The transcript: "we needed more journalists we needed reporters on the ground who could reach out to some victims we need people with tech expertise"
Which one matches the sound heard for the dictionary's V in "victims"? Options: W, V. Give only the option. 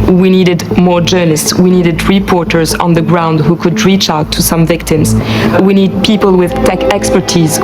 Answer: V